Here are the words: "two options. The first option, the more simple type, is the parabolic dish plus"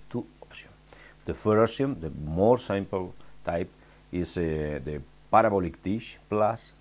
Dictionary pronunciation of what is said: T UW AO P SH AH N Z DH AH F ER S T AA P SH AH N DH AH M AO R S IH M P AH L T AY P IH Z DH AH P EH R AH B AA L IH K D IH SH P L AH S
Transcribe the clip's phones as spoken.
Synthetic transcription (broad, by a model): T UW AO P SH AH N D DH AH F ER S IY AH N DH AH M AO R S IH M P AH L T AY P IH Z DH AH P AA R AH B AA L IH K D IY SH P L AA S